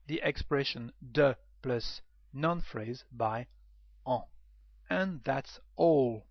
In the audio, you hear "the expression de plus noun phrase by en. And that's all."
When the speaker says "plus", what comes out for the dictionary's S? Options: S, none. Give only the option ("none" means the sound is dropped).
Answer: S